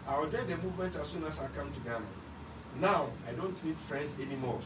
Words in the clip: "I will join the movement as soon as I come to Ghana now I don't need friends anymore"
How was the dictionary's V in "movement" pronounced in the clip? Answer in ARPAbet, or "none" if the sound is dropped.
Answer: V